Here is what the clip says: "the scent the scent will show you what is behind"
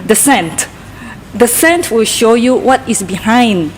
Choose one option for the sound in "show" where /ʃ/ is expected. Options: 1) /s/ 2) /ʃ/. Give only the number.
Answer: 2